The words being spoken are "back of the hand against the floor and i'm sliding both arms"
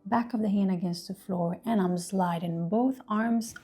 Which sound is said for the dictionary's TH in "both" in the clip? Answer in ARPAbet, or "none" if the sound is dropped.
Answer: TH